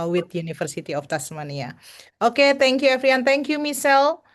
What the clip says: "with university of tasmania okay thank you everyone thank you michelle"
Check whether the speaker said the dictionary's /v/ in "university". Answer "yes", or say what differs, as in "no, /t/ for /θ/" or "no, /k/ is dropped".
no, /f/ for /v/